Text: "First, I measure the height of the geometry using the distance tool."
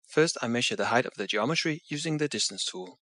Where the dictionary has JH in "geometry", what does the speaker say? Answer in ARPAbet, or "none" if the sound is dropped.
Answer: JH